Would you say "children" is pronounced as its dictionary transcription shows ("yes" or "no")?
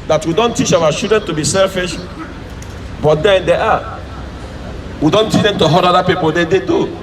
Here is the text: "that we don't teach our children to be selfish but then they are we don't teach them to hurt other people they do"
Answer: no